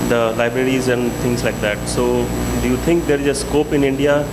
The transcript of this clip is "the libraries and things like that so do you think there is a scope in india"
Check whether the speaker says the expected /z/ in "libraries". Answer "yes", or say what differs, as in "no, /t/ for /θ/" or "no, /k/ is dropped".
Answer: yes